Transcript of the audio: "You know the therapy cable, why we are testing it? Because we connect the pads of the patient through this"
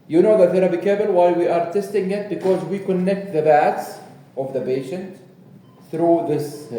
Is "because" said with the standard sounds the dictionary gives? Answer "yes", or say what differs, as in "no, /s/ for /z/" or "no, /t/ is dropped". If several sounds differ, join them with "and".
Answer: yes